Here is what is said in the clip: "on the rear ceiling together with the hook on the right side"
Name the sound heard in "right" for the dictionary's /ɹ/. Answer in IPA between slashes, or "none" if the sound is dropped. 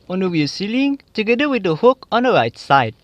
/ɹ/